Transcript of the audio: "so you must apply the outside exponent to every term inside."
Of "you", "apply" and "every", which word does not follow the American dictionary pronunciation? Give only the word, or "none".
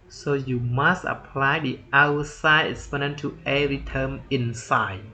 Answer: every